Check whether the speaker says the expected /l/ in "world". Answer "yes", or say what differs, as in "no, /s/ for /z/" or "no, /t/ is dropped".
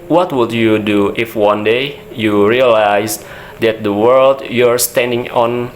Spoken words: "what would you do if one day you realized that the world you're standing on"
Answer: yes